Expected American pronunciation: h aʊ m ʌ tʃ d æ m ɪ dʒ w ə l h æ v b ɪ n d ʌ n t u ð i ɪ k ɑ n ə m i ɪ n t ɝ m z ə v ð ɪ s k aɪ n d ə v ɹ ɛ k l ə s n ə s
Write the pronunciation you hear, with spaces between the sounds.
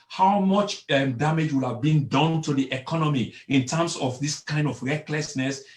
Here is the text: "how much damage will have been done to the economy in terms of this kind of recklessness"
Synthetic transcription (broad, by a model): h aʊ m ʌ tʃ d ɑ m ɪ dʒ w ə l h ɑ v b ɪ n d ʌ n t u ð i ɪ k ɑ n ə m i ɪ n t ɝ m s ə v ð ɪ s k aɪ n d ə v ɹ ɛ k l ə s n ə s